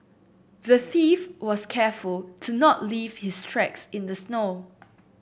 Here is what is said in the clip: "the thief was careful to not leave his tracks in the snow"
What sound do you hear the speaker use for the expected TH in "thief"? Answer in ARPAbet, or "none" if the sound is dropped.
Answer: TH